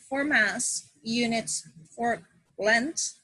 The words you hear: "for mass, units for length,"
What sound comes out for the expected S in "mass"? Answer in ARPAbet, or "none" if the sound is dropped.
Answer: S